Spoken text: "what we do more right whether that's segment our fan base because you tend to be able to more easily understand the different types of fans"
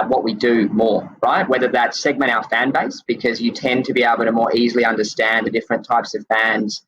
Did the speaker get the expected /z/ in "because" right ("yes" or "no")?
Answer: yes